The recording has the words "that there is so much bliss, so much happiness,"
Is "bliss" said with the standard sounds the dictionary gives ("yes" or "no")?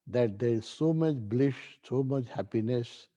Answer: no